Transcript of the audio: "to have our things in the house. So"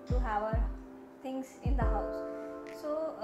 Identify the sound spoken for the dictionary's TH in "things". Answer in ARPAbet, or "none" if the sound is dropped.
T